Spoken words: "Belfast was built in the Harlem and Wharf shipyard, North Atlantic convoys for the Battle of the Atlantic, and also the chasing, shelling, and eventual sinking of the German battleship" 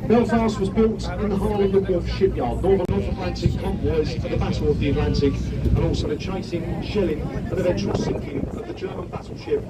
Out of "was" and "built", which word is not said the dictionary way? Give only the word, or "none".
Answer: none